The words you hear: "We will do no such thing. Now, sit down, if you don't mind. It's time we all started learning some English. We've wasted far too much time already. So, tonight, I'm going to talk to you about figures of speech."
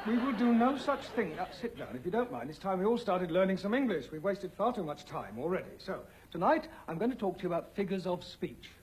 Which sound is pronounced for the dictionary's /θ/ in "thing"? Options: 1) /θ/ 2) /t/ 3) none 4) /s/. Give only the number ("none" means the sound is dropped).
1